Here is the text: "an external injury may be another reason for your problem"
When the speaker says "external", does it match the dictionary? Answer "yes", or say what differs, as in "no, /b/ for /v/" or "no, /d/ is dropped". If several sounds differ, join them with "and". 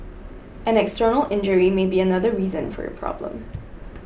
yes